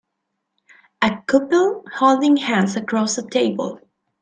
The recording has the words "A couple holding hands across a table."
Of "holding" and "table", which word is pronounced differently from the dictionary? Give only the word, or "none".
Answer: none